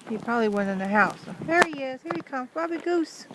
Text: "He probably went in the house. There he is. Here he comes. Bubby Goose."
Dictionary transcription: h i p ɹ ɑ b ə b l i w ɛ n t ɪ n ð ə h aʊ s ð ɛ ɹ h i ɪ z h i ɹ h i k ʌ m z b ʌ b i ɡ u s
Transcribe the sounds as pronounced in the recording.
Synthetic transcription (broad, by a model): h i p ɹ ɑ b ə b l i w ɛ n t ɪ n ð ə h aʊ s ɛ ɹ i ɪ s h i ɹ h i k ʌ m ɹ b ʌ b i ɡ u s